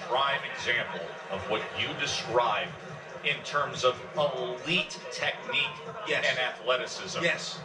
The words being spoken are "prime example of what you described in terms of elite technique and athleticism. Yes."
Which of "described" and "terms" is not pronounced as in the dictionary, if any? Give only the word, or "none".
none